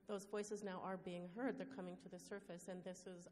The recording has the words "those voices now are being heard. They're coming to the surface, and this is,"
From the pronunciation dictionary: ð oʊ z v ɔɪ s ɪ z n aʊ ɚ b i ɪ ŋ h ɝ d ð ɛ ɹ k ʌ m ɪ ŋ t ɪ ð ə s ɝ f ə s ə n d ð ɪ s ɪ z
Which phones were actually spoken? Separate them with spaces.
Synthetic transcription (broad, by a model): ð oʊ z v ɔɪ s ɪ z n aʊ ɚ b i ɪ ŋ h ɝ d ð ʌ ɹ k ʌ m ɪ ŋ t ɪ ð ə s ɝ f ə s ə n ð ɪ s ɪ z